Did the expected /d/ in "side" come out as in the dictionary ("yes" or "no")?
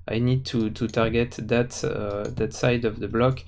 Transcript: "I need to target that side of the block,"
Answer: yes